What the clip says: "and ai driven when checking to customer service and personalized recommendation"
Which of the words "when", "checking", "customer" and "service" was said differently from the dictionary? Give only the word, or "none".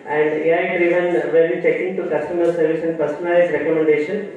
when